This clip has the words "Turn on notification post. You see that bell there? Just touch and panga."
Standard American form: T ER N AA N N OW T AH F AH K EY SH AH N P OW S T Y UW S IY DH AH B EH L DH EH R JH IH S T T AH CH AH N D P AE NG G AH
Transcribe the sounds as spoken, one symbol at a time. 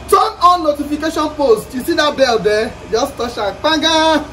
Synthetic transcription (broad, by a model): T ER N AA N N OW T AH F AH K EY SH AH N P OW S T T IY S IY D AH B EH L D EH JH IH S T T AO SH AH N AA G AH